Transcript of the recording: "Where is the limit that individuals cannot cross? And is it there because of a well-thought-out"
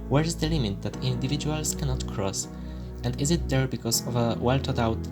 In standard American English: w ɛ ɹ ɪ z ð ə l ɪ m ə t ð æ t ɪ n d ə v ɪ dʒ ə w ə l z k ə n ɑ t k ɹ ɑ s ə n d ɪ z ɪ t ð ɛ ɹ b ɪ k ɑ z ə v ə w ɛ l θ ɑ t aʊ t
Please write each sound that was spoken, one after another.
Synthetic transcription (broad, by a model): w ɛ ɹ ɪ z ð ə l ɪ m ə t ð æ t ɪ n d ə v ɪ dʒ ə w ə l s k ə n ɑ t k ɹ ɑ s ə n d ɪ z ɪ t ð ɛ ɹ b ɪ k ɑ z ə v ə w ɛ l t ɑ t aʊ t